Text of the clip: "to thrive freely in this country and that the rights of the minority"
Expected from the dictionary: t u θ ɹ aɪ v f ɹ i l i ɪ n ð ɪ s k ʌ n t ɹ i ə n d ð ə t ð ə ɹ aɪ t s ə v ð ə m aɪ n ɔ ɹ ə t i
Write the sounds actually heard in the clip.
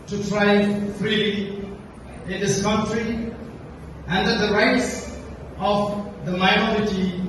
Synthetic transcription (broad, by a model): t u t ɹ aɪ f ɹ i l i ɪ n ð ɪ s k ʌ n t ɹ i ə n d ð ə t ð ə ɹ aɪ t s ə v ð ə m aɪ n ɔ ɹ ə t i